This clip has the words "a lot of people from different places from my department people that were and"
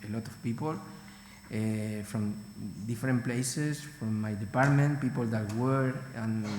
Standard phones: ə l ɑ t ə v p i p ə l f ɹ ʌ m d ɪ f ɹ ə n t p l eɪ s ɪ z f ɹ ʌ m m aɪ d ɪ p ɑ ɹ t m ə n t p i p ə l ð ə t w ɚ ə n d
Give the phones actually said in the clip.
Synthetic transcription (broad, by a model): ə l ɑ t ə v p i p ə l f ɹ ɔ m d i f ɹ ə n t p l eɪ s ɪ s f ɹ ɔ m m aɪ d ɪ p ɑ ɹ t m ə n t p i p ə l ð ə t w ɚ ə n